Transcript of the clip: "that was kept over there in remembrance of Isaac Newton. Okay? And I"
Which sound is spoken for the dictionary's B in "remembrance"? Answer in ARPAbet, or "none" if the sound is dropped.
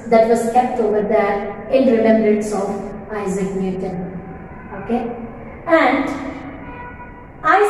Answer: none